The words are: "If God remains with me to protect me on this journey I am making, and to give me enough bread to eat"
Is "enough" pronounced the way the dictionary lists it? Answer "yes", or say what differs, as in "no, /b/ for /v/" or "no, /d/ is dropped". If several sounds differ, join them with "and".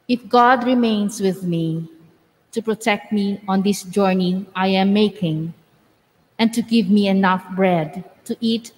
yes